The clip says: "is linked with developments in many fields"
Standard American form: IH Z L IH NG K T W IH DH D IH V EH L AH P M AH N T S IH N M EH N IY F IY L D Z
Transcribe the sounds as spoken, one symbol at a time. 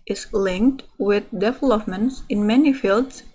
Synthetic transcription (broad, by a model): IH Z L IH NG K T W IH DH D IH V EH L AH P M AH N T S IH N M EH N IY F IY L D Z